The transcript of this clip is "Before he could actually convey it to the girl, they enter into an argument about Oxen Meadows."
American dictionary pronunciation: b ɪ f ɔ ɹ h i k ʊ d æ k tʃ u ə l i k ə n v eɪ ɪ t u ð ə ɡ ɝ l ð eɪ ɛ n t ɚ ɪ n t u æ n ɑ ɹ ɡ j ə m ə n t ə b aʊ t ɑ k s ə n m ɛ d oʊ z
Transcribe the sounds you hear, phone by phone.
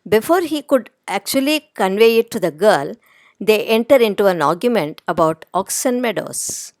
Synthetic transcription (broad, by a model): b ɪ f ɔ ɹ h i k ʊ d æ k tʃ u ə l i k ə n v eɪ ɪ t u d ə ɡ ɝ l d eɪ ɛ n t ɚ ɪ n t u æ n ɑ ɹ ɡ j ə m ə n t ə b aʊ t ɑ k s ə n m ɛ d oʊ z